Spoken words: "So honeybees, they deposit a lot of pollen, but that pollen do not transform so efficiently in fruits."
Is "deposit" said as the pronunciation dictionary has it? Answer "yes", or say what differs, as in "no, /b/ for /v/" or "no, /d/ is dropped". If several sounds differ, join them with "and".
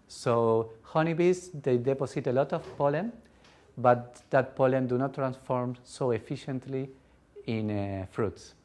no, /s/ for /z/